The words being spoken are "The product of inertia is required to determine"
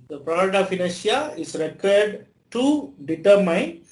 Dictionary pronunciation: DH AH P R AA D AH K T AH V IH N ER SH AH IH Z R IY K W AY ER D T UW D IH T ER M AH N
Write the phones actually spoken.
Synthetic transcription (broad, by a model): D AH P R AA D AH T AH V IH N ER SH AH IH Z R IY K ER D T UW D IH T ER M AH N